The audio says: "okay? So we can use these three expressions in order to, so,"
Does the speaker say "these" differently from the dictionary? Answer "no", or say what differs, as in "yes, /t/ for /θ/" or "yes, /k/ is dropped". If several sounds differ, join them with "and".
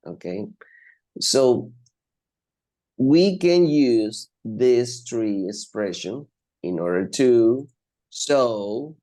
yes, /s/ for /z/